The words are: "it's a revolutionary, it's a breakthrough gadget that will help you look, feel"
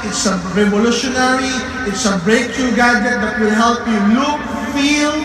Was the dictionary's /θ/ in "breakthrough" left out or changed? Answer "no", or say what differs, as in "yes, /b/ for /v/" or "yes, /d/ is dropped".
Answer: yes, /t/ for /θ/